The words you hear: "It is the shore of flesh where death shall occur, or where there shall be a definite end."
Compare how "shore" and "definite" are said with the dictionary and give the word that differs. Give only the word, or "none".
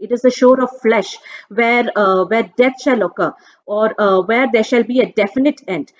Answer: none